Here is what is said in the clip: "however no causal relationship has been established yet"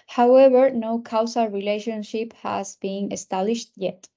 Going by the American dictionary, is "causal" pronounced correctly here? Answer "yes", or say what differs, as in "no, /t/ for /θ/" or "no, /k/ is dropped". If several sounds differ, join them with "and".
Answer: no, /s/ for /z/